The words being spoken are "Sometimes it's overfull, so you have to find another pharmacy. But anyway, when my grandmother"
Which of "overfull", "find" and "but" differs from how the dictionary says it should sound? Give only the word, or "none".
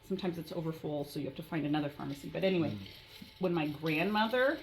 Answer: none